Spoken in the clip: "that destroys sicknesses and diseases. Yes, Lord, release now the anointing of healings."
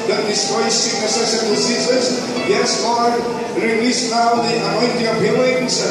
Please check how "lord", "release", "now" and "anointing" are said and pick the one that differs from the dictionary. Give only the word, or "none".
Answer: lord